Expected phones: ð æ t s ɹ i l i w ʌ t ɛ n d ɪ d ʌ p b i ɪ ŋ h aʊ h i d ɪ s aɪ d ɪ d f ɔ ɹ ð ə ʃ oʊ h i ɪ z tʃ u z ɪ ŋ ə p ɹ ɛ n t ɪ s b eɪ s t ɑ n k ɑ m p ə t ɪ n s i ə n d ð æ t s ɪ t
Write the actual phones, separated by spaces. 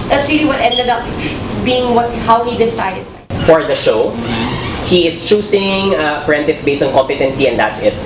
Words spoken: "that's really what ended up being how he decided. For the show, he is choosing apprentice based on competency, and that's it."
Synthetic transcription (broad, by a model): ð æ t s ɹ i l i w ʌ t ɛ n d ɪ d ʌ p b i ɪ ŋ h aʊ h i d ɪ s aɪ d ɪ d f ɔ ɹ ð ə ʃ oʊ h i ɪ s tʃ u s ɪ ŋ ə p ɹ ɛ n t ɪ s b eɪ s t ɑ n k ɑ m p ə t ɪ n s i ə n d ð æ t s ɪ t